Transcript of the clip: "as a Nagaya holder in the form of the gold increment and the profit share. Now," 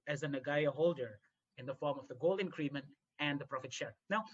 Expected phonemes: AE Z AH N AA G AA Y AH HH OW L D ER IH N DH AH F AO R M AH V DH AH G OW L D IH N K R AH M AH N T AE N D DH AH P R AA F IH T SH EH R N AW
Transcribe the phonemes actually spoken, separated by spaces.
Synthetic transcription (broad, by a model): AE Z AH N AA G AA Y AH HH OW L D ER IH N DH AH F AO R M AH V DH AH G OW L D IH N K R AH M AH N T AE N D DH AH P R AA F IH T SH EH R N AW